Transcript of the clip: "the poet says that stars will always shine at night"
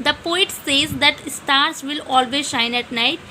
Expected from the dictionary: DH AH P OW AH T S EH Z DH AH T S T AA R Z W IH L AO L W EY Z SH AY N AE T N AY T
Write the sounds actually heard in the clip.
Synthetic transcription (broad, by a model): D AH P OW AH T S EH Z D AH T S T AA R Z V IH L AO L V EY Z SH AY N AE T N AY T